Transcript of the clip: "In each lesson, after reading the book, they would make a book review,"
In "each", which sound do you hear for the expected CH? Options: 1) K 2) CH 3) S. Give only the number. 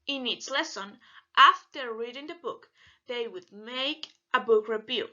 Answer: 3